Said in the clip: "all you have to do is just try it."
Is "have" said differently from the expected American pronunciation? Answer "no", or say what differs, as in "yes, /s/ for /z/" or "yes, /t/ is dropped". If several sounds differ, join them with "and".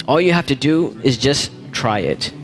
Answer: yes, /f/ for /v/